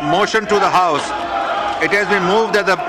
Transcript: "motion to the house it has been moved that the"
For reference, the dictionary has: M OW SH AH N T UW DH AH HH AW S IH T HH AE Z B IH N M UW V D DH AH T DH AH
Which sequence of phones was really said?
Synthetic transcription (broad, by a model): M OW SH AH N T UW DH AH HH AW S IH T HH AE Z B IH N M UW V D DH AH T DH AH